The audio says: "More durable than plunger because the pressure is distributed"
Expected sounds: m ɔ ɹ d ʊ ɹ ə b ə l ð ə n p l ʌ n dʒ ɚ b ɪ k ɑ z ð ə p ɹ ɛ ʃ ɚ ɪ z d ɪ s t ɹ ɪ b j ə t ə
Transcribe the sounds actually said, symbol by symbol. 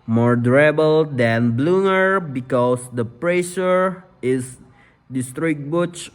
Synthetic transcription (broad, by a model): m ɔ ɹ d ɹ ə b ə l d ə n b l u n ɚ b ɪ k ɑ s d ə p ɹ ɛ ʃ ɚ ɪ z d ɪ s t ɹ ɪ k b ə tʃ